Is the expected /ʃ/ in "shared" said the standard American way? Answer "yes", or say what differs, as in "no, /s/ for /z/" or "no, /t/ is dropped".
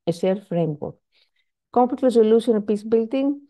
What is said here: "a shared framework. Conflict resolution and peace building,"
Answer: no, /s/ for /ʃ/